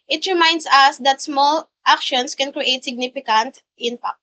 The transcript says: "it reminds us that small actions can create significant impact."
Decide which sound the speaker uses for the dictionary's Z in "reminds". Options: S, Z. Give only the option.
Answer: S